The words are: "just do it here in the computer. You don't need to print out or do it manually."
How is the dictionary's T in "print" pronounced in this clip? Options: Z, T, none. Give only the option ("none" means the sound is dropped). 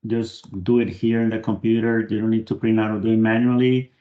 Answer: none